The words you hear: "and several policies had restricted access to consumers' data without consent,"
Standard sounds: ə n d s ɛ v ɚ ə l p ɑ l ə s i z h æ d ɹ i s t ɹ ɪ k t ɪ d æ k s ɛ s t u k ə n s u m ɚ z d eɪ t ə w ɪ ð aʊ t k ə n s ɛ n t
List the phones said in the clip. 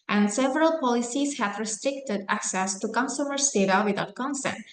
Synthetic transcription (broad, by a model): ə n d s ɛ v ɚ ə l p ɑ l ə s i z h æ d ɹ i s t ɹ ɪ k t ɪ d æ k s ɛ s t u k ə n s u m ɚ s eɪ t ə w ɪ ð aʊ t k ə n s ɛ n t